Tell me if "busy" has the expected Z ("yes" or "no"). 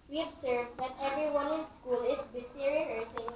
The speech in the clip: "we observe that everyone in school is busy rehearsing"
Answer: no